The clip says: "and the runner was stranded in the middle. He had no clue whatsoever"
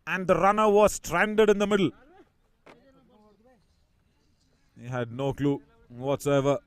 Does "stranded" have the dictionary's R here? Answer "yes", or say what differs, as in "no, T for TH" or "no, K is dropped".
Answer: yes